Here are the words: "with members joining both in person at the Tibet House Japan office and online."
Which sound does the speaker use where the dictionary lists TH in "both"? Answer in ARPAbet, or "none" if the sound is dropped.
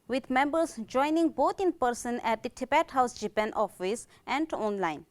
T